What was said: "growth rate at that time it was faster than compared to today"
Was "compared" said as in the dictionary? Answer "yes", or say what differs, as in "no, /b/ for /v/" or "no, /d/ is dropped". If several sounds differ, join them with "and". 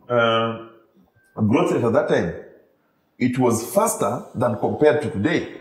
yes